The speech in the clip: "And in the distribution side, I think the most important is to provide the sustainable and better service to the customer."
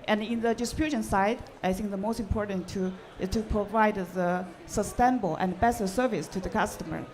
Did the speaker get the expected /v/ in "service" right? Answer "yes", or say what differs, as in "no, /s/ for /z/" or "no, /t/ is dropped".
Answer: yes